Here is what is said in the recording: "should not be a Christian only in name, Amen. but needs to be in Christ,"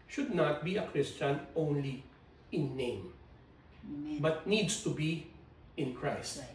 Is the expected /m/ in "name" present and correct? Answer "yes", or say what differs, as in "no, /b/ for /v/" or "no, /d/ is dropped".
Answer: no, /m/ is dropped